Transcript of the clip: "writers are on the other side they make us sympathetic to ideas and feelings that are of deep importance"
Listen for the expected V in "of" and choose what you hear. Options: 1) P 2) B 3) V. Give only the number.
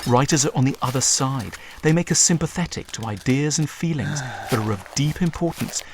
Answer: 3